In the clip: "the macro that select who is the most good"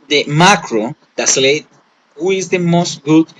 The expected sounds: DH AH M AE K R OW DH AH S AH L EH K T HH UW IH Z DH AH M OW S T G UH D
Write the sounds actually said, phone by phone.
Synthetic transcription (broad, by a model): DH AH M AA K R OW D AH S L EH T HH UW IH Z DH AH M OW S T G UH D